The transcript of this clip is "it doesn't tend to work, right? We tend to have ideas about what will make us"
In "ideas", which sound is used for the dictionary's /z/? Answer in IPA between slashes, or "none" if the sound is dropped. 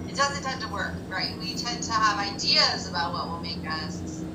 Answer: /z/